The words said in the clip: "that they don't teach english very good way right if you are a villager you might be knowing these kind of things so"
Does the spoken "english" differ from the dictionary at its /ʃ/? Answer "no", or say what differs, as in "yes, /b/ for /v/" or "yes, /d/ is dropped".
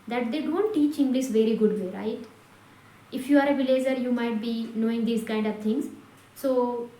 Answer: yes, /s/ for /ʃ/